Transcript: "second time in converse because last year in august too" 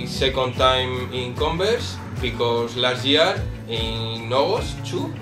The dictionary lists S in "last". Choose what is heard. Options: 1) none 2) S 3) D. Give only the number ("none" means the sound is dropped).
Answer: 1